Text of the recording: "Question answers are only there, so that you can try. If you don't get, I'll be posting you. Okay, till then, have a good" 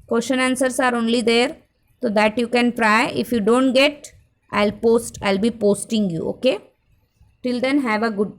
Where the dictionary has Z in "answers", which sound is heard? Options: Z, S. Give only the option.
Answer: S